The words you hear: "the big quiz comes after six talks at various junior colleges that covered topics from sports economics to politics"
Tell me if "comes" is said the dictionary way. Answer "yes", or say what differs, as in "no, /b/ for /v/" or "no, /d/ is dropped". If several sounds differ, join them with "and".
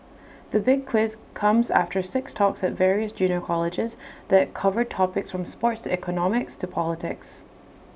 yes